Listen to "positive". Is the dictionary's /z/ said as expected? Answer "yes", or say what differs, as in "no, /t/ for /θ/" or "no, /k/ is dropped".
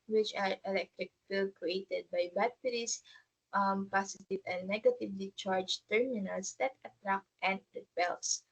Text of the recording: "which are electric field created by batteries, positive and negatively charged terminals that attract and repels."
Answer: no, /s/ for /z/